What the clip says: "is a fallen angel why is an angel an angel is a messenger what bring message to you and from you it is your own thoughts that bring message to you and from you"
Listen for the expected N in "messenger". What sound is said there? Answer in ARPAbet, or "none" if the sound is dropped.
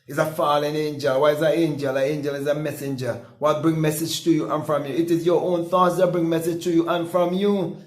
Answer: N